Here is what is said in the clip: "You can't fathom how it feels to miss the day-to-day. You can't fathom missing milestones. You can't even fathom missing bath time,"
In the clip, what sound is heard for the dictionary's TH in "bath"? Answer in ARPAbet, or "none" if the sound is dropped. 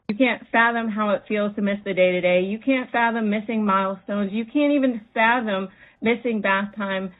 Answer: TH